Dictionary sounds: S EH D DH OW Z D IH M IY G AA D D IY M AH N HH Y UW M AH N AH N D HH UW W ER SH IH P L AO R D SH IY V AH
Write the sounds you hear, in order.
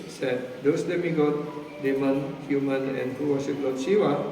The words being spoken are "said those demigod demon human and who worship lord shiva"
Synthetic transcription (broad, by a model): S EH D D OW S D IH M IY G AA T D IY M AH N HH Y UW M AH N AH N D HH UW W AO S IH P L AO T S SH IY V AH